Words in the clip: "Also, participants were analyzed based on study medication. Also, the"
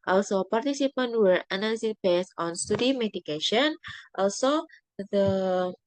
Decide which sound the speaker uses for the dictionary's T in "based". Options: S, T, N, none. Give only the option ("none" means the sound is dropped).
none